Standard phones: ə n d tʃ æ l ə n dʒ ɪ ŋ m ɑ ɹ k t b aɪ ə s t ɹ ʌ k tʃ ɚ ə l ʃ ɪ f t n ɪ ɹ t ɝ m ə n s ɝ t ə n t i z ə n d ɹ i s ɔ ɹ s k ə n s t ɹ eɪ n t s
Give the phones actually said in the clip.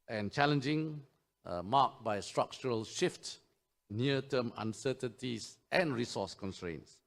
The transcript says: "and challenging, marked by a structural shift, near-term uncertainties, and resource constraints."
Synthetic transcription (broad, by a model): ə n tʃ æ l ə n dʒ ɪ ŋ m ɑ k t b aɪ s t ɹ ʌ k tʃ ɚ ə l ʃ ɪ f t n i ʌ t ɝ m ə n s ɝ t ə n t i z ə n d ɹ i s ɔ s k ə n s t ɹ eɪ n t s